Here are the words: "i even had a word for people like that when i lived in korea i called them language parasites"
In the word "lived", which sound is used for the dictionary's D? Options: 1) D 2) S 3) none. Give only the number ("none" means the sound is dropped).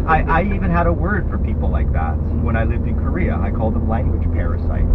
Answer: 1